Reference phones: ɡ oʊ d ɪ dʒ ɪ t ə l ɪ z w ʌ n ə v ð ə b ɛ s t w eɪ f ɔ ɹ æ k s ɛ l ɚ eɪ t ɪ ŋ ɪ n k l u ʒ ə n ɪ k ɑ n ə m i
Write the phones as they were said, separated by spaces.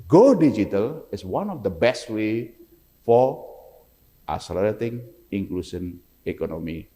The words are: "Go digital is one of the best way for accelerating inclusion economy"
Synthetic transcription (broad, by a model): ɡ oʊ d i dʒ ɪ t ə l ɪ s w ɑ n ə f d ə b ɛ s t w eɪ f ɔ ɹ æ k s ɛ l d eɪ t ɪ ŋ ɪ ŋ k l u s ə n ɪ k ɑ n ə m i